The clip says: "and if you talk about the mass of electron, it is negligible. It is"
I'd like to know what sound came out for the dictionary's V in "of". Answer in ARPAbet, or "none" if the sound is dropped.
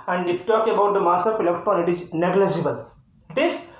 P